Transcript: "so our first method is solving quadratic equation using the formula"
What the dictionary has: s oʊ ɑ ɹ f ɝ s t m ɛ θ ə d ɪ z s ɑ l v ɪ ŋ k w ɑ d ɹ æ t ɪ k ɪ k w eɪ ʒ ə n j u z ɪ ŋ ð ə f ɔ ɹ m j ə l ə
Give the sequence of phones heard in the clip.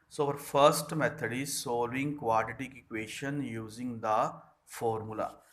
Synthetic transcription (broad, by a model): s oʊ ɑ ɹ f ɝ s t m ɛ t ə d ɪ z s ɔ l ɪ ŋ k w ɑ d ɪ t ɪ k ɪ k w eɪ ʃ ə n j u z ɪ ŋ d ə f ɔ ɹ m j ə l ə